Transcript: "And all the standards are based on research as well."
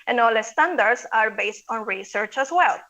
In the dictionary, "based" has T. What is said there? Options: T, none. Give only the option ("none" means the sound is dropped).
T